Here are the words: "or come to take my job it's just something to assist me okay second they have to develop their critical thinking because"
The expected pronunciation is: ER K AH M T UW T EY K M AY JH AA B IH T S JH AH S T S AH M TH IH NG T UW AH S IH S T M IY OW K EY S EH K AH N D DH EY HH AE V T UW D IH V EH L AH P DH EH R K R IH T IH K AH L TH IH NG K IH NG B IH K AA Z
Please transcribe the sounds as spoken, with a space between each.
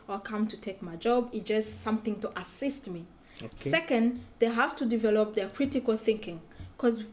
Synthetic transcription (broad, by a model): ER K AH M T UW T EY K M AY JH AA B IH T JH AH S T S AH M TH IH NG T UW AH S IH S T M IY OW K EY S EH K AH N D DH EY HH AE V T UW D IH V EH L AH P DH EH R K R IH T IH K AH L TH IH NG K IH NG K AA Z